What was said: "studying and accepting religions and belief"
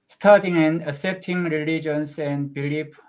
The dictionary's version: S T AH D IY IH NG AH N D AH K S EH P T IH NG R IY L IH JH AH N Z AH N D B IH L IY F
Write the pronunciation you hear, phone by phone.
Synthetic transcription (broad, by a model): S T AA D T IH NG AH N D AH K S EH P T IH NG R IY L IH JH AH N S AH N D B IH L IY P